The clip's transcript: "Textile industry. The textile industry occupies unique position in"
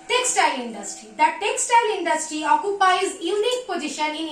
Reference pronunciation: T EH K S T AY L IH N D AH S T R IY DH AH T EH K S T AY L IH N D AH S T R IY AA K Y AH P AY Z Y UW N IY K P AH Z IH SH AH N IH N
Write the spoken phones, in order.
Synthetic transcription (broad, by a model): T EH K S T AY L IH N D AH S T R IY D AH T EH K S T AY L IH N D AH S T R IY AA K Y AH P AY Z Y UW N IY K P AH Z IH SH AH N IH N